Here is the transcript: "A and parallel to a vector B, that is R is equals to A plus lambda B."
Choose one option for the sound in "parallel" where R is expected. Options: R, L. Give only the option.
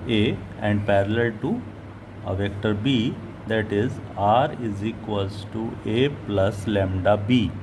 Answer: R